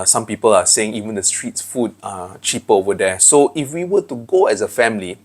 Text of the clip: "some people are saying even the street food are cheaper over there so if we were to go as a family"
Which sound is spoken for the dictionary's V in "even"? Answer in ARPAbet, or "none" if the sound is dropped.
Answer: V